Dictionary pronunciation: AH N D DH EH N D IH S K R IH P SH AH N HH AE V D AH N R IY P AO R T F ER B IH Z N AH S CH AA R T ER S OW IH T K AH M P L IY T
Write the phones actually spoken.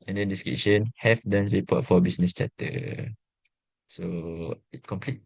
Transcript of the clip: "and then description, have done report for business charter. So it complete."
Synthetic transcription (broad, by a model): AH N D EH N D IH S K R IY SH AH N HH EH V D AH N R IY P AO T F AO B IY S N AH S CH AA T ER S OW IH T K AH M P L IY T